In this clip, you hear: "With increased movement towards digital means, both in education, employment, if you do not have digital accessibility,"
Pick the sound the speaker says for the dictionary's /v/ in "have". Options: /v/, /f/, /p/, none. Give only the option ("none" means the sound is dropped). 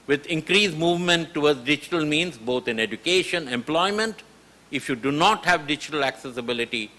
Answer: /v/